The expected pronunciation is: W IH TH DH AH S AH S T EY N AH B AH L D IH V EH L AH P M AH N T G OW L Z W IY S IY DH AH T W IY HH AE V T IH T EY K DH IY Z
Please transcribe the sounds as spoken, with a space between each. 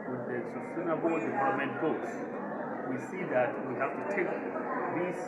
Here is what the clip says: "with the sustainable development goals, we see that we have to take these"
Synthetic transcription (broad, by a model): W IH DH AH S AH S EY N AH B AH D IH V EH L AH M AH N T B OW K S W IY S IY DH AH T W IY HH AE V T IH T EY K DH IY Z